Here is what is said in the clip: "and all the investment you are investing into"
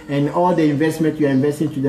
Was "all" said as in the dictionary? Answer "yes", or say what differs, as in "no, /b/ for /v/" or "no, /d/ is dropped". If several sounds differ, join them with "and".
yes